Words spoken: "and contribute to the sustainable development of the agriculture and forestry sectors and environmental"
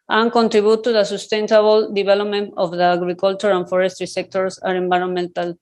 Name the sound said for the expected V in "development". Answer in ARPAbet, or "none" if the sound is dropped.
B